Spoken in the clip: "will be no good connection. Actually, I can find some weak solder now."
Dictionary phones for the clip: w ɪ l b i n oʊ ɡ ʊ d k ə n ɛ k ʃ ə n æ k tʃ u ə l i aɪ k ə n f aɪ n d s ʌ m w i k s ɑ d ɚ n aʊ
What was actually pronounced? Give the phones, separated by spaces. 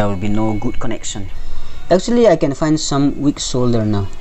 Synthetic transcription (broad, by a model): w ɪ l b i n oʊ ɡ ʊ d k ə n ɛ k ʃ ə n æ k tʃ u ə l i aɪ k ə n f aɪ n d s ʌ m w i k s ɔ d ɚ n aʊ